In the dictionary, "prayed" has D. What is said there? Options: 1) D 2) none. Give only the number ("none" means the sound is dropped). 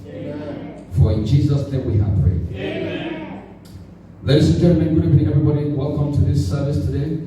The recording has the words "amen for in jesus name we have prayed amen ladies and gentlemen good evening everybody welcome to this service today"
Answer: 2